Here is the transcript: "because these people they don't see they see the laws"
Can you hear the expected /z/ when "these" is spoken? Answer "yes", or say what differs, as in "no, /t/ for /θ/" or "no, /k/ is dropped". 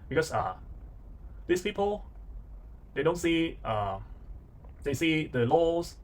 no, /s/ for /z/